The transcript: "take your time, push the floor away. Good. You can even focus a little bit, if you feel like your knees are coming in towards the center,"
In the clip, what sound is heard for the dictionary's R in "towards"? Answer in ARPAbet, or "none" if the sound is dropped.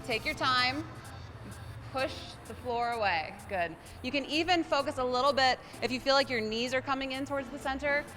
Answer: R